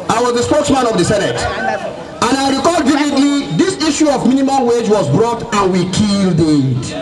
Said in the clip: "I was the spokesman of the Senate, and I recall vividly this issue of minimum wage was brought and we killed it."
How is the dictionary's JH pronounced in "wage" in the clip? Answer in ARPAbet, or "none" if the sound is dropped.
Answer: JH